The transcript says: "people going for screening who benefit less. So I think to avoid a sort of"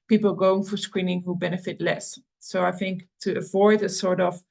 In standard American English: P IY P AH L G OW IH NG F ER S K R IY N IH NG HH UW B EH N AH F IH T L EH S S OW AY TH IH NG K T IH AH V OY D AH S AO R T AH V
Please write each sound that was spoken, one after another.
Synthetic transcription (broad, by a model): P IY P L G OW IH NG F ER S K R IY N IH NG HH UW B EH N AH F IH T L EH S S OW AY TH IH NG K T IH AH V OY D AH S AO R T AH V